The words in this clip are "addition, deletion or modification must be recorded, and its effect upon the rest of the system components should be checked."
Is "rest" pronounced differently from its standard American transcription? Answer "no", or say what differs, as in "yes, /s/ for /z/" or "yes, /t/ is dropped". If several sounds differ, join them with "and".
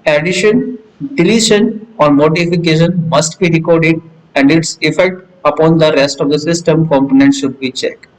no